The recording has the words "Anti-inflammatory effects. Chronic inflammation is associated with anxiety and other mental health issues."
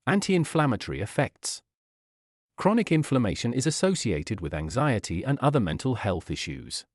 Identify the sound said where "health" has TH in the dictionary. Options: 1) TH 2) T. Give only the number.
1